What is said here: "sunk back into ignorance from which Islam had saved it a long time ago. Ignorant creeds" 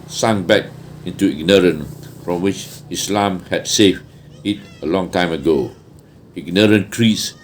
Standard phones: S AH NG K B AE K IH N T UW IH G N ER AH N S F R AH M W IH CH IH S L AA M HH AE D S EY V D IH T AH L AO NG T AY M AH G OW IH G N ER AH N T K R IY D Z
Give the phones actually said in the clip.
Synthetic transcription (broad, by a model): S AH NG B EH K IH N T UW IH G N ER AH N F R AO M W IH CH IH S L AA M HH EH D S EY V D IH T AH L AO NG T AY M AH G OW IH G N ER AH N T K R IY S